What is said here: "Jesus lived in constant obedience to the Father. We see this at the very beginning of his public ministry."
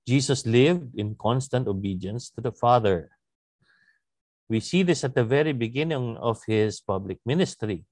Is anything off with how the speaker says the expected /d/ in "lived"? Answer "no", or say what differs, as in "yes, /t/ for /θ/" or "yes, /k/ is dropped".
no